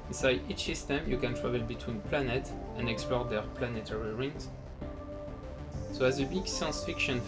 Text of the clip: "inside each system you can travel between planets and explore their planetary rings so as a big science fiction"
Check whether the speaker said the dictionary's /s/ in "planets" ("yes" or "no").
no